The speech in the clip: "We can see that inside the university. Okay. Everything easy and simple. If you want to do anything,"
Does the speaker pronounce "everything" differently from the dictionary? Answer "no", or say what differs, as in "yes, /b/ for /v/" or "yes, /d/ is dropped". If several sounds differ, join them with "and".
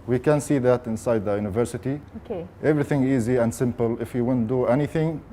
no